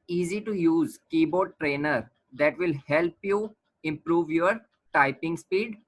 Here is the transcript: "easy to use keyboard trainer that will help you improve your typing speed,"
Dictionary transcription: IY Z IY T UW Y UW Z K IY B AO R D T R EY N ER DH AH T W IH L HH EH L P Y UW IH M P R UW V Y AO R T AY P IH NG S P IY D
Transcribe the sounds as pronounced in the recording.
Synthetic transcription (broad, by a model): IY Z IY T UW Y UW Z K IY B AO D T R EY N ER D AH T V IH L HH EH L P Y UW IH M P R UW V Y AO R T AY P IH NG S P IY D